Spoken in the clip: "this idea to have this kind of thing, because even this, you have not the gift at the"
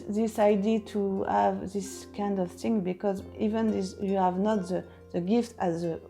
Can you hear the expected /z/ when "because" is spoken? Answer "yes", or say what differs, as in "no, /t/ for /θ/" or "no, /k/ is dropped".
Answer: yes